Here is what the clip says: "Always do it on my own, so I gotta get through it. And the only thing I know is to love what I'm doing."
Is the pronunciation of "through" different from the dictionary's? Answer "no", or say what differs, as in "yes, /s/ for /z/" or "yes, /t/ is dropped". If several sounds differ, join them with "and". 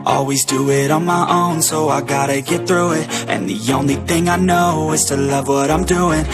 no